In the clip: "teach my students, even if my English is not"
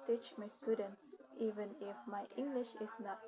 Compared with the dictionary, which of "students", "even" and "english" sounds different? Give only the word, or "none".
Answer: none